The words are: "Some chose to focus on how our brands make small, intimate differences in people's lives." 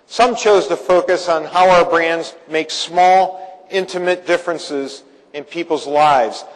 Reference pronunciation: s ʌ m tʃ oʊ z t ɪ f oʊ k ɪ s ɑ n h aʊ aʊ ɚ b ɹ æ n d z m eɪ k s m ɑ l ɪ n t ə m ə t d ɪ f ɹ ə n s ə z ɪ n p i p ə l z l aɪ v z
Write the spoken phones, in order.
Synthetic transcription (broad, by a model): s ʌ m tʃ oʊ z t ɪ f oʊ k ɪ s n h aʊ aʊ ɚ b ɹ æ n d z m eɪ k s m ɑ l ɪ n t ə m ə t d ɪ f ɹ ə n s ə z ɪ n p i p l z l aɪ v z